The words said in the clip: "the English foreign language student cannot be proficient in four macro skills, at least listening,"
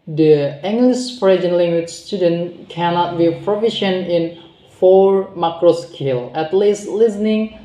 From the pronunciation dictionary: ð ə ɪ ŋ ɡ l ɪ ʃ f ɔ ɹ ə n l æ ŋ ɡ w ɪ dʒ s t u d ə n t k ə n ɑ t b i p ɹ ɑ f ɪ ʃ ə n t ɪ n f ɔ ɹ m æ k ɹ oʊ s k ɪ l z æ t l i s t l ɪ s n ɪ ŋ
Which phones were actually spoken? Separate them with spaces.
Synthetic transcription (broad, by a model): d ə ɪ ŋ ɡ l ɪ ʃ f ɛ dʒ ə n l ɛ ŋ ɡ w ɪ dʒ s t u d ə n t k ə n ɑ t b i p ɹ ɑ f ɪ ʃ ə n ɪ n f ɔ ɹ m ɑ k ɹ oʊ s k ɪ l æ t l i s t l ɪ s n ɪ ŋ